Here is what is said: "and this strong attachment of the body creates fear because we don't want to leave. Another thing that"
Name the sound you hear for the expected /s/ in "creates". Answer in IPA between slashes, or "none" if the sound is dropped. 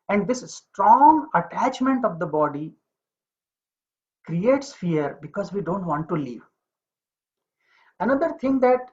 /s/